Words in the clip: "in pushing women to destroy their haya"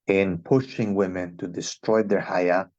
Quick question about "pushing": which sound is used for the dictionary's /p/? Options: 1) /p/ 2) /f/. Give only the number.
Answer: 1